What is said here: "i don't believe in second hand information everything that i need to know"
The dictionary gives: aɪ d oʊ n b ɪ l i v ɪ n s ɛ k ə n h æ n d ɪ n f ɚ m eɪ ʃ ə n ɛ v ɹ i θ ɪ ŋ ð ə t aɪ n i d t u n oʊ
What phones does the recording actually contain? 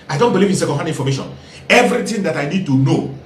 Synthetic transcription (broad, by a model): aɪ d oʊ n b ɪ l i v ɪ n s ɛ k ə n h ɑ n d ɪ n f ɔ m eɪ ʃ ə n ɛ v ɹ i t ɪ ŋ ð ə t aɪ n i d t u n oʊ